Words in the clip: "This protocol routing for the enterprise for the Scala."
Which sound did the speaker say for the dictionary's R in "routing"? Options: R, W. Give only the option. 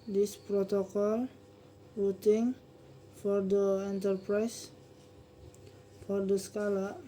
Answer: W